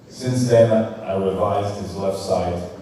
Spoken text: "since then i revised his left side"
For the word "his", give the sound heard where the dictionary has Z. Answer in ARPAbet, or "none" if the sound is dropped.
Z